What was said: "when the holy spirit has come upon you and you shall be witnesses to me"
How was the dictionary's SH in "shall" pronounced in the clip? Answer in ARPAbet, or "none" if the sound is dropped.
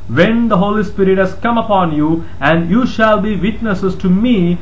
SH